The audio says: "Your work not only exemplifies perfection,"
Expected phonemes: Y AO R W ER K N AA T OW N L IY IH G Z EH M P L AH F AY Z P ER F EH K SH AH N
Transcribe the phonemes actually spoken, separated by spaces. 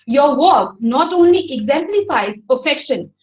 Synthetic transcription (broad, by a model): Y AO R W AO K N AA T OW N L IY IH G Z EH M P L AH F AY Z P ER F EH K SH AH N